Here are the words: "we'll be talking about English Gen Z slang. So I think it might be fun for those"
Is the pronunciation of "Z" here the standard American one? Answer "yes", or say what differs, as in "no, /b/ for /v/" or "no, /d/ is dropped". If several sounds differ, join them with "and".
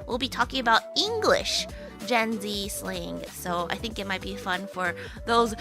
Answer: yes